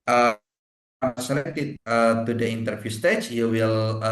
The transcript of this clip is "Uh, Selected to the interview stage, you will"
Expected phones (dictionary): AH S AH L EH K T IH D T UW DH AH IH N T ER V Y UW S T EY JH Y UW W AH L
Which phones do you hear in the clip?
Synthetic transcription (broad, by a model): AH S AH L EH K T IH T T UW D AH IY N T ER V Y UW S T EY CH Y UW W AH L